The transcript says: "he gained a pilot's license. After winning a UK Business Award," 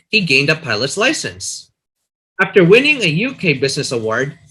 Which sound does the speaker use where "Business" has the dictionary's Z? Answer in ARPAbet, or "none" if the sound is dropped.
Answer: Z